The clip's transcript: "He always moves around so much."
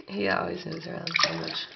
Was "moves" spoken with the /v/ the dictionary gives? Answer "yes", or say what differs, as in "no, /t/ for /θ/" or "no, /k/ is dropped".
no, /v/ is dropped